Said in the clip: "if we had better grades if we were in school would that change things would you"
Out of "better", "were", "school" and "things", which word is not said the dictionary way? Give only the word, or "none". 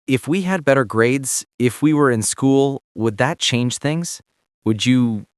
none